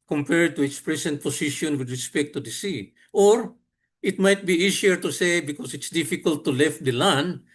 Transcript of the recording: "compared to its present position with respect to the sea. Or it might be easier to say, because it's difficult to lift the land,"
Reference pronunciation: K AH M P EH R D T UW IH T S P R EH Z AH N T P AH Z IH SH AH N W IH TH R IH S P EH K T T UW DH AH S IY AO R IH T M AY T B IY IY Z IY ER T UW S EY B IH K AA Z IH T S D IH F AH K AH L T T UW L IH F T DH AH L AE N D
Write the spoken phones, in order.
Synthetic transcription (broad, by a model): K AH M P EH R D T UW IH T S P R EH S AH N T P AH S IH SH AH N W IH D R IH S P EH K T T UW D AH S IY AO R IH T M AY T B IY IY S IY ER T UW S EY B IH K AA S IH T S D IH F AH K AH L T T UW L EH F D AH L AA N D